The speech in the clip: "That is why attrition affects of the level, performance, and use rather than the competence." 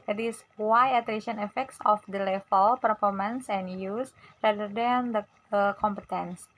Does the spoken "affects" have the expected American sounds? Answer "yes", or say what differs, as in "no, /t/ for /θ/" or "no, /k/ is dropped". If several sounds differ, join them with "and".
yes